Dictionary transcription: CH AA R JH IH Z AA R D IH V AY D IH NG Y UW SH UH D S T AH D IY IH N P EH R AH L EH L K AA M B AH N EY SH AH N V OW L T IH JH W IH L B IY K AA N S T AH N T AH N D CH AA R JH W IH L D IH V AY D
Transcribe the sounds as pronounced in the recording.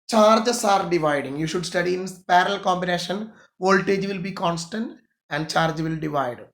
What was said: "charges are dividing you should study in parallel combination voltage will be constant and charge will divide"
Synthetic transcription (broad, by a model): CH AA R JH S AA R D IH V AY D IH NG Y UW SH UH D S T AH D IY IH N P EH R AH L L K AA M B AH N EY SH AH N V OW L T IH JH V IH L B IY K AA N S T AH N T AH N D CH AA R JH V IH L D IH V AY D